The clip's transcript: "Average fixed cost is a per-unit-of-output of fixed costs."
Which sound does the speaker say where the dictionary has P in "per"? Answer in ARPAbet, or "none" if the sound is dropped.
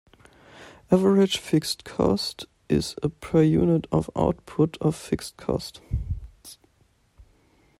P